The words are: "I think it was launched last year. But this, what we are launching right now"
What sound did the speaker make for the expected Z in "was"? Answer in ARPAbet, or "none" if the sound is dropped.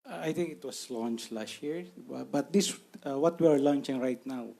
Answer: S